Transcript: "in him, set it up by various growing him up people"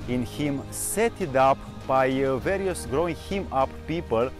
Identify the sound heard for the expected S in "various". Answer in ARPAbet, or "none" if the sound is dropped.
S